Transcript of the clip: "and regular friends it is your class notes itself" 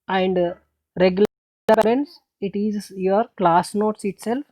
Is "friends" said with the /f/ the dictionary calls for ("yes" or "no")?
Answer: no